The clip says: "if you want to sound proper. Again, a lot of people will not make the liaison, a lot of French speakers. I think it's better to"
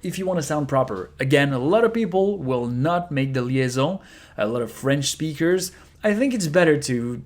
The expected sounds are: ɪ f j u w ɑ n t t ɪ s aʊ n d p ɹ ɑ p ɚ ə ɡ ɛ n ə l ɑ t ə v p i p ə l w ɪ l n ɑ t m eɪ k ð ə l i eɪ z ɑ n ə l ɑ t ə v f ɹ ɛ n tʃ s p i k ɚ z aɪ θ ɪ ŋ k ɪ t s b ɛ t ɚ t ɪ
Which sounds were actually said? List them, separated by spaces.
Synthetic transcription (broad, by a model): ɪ f j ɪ w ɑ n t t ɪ s aʊ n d p ɹ ɑ p ɚ ə ɡ ɛ n ə l ɑ t ə v p i p l w ɪ l n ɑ t m eɪ k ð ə l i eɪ z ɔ ə l ɑ t ə v f ɹ ɛ n tʃ s p i k ɚ z aɪ θ ɪ ŋ k ɪ t s b ɛ t ɚ t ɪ